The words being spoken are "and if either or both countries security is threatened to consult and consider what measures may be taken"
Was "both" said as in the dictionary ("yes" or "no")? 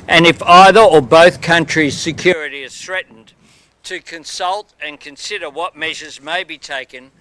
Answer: yes